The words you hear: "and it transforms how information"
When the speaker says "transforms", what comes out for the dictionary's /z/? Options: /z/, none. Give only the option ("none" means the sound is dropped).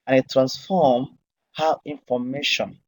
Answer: none